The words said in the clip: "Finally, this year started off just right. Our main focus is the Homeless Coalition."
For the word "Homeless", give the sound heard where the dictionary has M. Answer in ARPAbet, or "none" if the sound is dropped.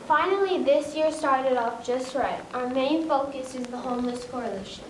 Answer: M